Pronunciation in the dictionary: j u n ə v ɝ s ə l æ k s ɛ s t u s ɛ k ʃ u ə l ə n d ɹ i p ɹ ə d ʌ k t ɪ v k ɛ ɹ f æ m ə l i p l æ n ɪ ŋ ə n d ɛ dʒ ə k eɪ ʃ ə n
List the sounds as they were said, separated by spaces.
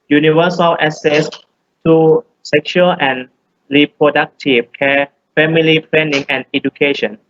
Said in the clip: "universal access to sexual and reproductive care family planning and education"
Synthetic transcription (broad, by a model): j u n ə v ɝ s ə l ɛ s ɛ s t u s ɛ k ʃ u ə l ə n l i p ɹ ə d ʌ k t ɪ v k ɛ f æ m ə l i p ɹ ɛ n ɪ ŋ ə n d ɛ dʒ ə k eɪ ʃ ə n